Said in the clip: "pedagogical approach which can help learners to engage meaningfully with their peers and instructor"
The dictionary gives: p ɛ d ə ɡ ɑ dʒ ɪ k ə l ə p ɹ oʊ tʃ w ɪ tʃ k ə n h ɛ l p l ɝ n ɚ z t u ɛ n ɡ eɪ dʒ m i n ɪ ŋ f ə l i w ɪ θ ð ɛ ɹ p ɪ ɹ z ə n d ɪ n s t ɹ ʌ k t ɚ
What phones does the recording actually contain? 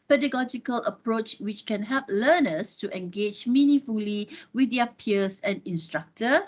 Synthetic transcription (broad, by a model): p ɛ d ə ɡ ɑ dʒ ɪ k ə l ə p ɹ oʊ tʃ w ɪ tʃ k ə n h ɛ l p l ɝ n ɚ s t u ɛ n ɡ eɪ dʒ m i n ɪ f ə l i w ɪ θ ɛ p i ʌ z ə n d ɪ n s t ɹ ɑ k t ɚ